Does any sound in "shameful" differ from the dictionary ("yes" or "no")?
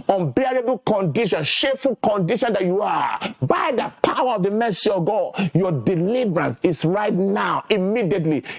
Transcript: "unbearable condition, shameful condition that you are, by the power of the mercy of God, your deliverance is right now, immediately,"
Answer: yes